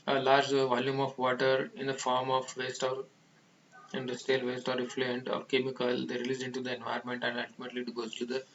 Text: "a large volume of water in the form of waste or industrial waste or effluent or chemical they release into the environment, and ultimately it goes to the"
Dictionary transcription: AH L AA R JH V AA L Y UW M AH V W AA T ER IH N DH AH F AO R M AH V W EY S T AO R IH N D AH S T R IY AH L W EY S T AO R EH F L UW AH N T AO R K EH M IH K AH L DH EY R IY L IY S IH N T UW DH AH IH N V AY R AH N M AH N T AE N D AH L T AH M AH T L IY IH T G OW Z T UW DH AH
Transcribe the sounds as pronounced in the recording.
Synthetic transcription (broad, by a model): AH L AA R JH V AA L Y UW M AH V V AA T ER IH N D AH F AO R M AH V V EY S T AO R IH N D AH S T IY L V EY S T AO R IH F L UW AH N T AO R K EH M IH K AH L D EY R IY L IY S IH N T UW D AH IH N V AY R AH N M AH N T AE N D AH L T AH M AH T L IY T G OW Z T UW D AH